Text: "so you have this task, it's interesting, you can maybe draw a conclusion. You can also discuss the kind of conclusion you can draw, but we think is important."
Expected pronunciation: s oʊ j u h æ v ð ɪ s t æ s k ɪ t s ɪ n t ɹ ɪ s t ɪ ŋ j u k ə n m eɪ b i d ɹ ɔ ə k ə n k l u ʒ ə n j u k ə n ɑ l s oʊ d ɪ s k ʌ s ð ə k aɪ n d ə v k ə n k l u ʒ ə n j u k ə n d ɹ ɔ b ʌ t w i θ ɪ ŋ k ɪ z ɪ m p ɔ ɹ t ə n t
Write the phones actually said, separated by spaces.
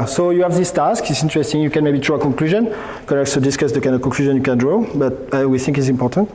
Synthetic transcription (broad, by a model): s oʊ j u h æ v ð ɪ s t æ s k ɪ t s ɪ n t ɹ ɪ s t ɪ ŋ j u k ə n m eɪ b i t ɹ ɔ ə k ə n k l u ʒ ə n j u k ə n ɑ s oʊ d ɪ s k ʌ s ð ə k aɪ n d ə v k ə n k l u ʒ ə n j u k ə n d ɹ ɔ b ʌ t w i θ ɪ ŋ k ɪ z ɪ m p ɔ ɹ t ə n t